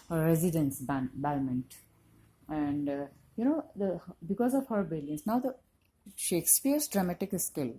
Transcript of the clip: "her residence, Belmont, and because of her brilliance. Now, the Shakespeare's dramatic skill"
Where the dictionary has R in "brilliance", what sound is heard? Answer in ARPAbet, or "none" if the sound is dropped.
none